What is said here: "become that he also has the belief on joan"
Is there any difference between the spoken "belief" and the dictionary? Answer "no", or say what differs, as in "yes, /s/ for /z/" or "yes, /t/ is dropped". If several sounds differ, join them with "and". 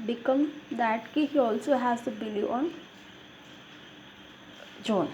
yes, /f/ is dropped